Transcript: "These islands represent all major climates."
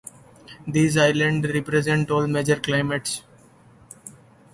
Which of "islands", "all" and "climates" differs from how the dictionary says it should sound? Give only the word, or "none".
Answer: islands